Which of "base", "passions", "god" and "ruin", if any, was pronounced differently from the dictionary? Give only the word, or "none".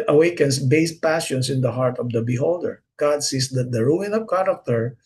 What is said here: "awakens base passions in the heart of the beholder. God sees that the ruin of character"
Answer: passions